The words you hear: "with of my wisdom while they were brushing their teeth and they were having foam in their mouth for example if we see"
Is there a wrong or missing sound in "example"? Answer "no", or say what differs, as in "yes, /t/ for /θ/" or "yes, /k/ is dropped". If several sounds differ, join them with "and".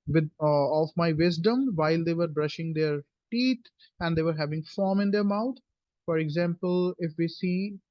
no